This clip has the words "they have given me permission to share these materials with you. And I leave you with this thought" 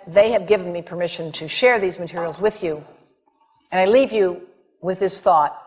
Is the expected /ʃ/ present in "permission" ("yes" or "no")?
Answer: yes